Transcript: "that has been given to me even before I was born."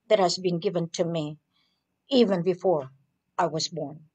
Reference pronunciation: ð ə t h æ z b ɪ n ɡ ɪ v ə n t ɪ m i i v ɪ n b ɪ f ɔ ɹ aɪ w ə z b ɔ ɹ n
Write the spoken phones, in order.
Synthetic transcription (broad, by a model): ð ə t h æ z b ɪ n ɡ ɪ v ə n t ɪ m i i v ɪ n b ɪ f ɔ ɹ aɪ w ə z b ɔ ɹ n